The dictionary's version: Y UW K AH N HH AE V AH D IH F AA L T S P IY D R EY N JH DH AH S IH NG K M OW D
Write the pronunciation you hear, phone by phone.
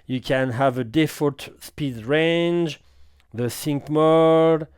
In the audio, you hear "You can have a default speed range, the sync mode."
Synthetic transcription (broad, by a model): Y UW K AH N HH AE V AH D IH F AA T S P IY D R EY N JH DH AH S IH NG K M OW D